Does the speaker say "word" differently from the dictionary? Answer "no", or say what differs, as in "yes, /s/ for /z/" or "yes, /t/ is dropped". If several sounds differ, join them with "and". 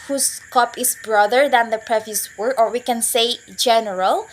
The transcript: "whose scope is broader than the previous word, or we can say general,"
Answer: yes, /d/ is dropped